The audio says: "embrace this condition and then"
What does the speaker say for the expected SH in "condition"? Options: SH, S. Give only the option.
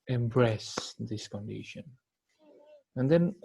SH